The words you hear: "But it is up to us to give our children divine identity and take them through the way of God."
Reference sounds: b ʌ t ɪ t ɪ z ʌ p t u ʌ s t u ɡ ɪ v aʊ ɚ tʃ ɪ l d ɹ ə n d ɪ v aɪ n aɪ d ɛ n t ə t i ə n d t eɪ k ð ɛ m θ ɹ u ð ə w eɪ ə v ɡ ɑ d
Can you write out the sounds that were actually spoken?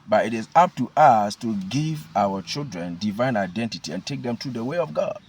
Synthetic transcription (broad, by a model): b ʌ t ɪ t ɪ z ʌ p t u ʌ s t u ɡ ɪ v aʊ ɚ tʃ ɪ l d ɹ ə n d ɪ v aɪ n aɪ d ɛ n t ə t i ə n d t eɪ k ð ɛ m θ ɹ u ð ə w eɪ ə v ɡ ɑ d